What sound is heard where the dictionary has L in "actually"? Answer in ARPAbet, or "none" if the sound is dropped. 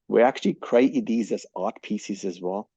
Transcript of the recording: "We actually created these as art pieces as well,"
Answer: L